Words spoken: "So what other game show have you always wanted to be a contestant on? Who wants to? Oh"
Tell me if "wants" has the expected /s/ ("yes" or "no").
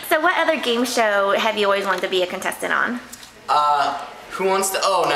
yes